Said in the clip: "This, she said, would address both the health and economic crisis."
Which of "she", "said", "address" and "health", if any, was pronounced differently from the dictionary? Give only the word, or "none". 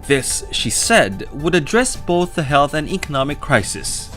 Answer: none